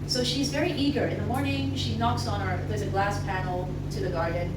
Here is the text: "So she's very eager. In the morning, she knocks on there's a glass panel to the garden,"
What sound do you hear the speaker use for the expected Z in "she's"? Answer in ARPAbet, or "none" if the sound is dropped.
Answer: Z